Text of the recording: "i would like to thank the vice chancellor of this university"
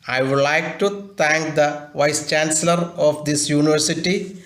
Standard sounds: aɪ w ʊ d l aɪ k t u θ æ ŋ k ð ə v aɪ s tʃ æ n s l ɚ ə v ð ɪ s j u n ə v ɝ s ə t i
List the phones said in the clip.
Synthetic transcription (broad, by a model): aɪ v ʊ d l aɪ k t u t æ ŋ k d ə v aɪ s tʃ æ n s l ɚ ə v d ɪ s j u n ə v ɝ s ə t i